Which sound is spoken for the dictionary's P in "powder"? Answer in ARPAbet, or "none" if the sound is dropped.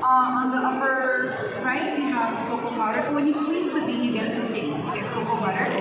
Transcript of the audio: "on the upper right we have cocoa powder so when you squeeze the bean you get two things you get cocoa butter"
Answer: B